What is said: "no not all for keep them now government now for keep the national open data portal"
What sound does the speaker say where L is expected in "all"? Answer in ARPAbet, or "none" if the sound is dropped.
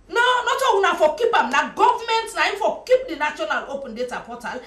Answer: N